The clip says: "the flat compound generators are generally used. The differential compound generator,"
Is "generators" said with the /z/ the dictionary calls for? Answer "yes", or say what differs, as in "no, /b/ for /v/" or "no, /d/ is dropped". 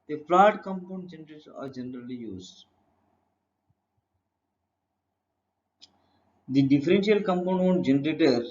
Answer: no, /z/ is dropped